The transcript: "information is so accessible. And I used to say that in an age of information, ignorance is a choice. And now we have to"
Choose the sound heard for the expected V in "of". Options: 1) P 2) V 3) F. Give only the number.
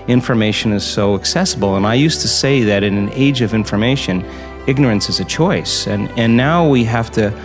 2